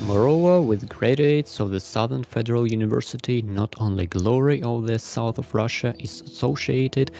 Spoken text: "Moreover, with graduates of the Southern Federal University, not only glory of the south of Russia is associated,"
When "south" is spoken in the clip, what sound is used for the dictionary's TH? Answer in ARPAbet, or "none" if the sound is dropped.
TH